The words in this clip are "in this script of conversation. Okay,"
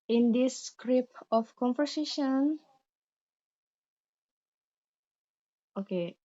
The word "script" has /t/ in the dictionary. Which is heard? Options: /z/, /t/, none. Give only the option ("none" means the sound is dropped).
none